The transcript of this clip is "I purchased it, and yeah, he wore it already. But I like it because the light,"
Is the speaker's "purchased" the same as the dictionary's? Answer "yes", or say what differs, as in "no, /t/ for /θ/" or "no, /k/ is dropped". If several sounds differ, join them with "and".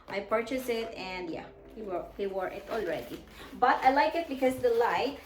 no, /t/ is dropped